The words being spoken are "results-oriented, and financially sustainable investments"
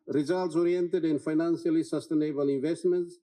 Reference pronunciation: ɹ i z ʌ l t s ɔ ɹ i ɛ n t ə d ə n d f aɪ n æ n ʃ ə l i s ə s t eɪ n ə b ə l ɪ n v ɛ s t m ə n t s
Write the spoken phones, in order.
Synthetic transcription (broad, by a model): ɹ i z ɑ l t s ɔ ɹ i ɛ n t ə d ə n f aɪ n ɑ n s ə l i s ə s t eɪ n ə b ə l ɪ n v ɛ s t m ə n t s